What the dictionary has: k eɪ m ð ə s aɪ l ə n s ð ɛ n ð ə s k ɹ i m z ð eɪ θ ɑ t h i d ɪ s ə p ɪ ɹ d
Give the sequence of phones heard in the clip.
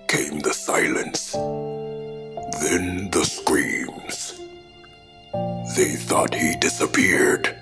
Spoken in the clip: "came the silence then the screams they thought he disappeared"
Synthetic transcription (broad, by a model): k eɪ m ð ə s aɪ l ə n s ð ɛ n ð ə s k ɹ i m z ð eɪ θ ɑ t h i d ɪ s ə p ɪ ɹ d